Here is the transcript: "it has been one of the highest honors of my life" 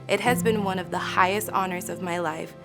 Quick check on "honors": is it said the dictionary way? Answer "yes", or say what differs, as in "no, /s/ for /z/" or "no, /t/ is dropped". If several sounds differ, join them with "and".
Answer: yes